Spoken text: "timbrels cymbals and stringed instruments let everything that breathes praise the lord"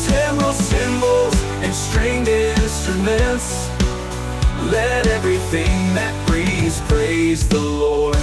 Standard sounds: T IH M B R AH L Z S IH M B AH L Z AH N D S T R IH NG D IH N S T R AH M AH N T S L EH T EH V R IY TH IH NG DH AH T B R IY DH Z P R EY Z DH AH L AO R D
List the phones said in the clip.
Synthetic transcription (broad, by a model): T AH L S IH M B L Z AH N S T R IH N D IH N S T R AH M AH N T S L EH T EH V R IY TH IH NG DH AH T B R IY Z P R EY Z DH AH L AO R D